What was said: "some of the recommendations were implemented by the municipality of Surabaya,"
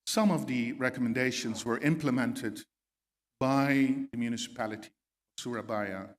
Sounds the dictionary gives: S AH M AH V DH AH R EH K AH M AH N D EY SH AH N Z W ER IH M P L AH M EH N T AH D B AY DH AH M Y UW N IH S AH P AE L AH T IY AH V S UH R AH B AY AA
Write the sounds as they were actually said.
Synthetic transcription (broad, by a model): S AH M AH V DH AH R EH K AH M AH N D EY SH AH N Z W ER IH M P L AH M EH N T AH D B AY DH AH M Y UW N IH S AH P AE L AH T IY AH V S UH R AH B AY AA